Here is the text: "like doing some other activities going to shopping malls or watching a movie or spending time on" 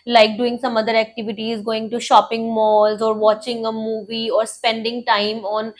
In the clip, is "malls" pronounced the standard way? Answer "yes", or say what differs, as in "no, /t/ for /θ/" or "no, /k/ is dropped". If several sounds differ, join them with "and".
yes